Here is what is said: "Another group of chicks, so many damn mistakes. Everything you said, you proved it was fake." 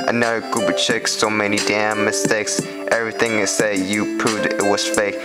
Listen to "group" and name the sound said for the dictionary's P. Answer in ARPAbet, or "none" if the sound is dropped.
B